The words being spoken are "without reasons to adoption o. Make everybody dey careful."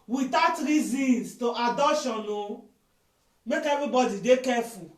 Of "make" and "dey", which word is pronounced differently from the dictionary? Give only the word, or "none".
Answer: none